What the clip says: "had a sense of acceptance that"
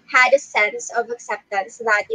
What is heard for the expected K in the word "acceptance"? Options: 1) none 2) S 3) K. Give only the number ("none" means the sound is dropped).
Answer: 3